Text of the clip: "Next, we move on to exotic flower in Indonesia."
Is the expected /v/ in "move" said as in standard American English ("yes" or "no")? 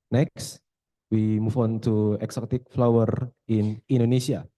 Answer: no